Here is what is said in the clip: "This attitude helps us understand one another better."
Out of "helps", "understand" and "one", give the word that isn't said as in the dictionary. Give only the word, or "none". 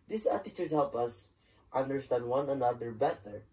helps